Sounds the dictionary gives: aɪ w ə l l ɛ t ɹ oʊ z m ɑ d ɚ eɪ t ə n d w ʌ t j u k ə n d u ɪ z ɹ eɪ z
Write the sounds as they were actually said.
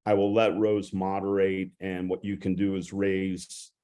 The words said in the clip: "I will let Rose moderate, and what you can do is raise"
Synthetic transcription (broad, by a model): aɪ w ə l l ɛ t ɹ oʊ z m ɑ d ɚ eɪ t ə n w ʌ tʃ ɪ k ə n d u ɪ z ɹ eɪ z